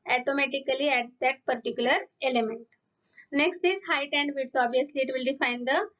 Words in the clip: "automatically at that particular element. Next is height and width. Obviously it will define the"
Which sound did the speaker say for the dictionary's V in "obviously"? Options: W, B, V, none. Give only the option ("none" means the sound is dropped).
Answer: none